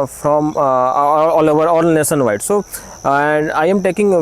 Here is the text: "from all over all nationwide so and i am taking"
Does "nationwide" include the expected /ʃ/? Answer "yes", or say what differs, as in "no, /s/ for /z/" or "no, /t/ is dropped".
no, /s/ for /ʃ/